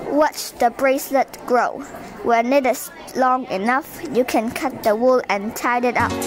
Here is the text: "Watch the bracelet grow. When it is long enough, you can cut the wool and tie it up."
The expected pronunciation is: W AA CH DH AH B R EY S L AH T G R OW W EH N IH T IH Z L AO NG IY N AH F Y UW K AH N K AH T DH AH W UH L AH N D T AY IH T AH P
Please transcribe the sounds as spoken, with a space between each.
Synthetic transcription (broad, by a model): W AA CH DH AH B R EY S L AH T G R OW W EH N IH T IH S L AO NG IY N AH F Y UW K AH N K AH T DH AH W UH L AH N T AY IH T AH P